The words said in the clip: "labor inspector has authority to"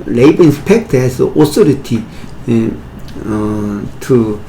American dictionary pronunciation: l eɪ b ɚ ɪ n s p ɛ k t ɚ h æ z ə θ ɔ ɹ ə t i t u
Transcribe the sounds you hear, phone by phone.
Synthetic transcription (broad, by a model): l eɪ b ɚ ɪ n s p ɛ k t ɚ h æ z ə s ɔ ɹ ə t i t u